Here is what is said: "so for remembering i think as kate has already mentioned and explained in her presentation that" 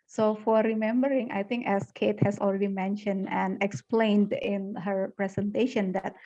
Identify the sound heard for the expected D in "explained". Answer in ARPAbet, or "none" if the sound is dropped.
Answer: D